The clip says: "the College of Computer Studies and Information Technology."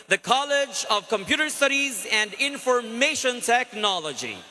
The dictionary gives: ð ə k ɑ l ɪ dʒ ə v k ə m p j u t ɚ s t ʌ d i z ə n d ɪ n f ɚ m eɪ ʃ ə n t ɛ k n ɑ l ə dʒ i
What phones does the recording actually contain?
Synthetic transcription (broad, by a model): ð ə k ɑ l ɪ dʒ ə v k ə m p j u t ɚ s t ʌ d i z ə n d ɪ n f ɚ m eɪ ʃ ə n t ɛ k n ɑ l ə dʒ i